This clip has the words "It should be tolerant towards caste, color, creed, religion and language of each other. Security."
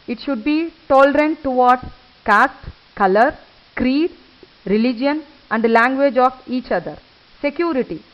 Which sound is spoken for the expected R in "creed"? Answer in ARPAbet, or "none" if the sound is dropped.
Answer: R